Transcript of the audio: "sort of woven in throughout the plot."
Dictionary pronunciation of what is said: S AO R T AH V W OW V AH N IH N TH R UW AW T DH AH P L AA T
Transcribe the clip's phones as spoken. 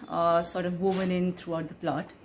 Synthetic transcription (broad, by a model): S AO R T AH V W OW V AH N IH N T R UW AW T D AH P L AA T